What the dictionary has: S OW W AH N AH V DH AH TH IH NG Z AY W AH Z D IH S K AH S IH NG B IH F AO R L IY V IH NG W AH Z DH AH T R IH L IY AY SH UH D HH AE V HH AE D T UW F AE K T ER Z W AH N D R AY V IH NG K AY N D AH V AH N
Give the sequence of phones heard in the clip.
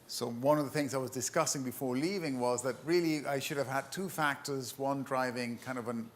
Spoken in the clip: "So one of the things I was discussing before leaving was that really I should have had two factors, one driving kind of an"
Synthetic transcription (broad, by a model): S OW W AH N AH V DH AH TH IH NG Z AY W AH Z D IH S K AH S IH NG B IH F AO R L IY V IH NG W AH Z DH AH T R IH L IY AY SH UH D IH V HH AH D T UW F AE K T ER Z W AH N D R AY V IH NG K AY N D AH V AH N